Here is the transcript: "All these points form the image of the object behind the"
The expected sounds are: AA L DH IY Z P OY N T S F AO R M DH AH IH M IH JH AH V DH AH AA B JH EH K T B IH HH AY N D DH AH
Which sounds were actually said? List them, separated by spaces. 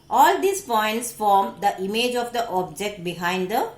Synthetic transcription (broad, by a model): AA L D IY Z P OY N T S F AO R M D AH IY M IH JH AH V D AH AA B JH EH K T B IH HH AY N D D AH